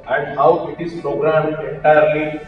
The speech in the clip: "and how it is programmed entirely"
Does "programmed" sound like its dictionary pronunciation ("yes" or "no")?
no